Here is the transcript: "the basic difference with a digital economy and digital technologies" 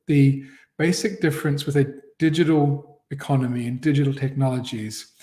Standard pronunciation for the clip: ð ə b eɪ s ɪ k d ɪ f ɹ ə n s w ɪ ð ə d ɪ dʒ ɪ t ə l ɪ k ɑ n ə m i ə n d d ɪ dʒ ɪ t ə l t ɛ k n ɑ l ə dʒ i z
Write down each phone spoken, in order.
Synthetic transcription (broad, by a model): ð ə b eɪ s ɪ k d ɪ f ɹ ə n s w ɪ ð ə d ɪ dʒ ɪ t ə l ɪ k ɑ n ə m i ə n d d ɪ dʒ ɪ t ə l t ɛ k n ɑ l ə dʒ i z